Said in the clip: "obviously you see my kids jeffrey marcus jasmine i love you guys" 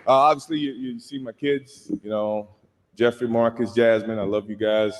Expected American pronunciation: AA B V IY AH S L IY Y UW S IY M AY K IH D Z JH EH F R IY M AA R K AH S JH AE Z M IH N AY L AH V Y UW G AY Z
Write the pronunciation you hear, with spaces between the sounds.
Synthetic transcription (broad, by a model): AA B V IY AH S L IY Y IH S IY M AY K IH D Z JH EH F R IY M AA R K AH S JH AE Z M IH N AY L AH V Y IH G AY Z